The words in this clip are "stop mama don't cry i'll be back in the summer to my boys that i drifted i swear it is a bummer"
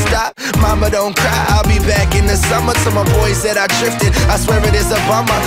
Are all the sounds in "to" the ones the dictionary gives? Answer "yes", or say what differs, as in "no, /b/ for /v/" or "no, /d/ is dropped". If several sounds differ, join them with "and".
no, /s/ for /t/